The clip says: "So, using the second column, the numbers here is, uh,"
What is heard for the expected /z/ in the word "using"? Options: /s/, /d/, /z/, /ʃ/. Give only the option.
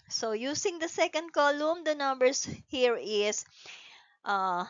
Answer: /s/